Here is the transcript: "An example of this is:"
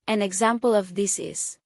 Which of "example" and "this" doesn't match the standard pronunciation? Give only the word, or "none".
none